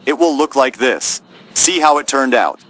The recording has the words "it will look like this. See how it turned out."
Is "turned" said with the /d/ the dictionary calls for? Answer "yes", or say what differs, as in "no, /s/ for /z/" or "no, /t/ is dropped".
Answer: yes